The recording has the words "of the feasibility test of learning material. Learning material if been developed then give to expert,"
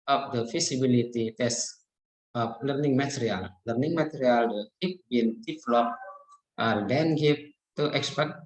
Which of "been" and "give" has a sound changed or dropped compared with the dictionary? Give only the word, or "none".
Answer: give